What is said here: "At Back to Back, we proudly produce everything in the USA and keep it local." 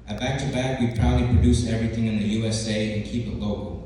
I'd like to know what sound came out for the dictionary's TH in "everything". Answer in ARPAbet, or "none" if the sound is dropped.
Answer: TH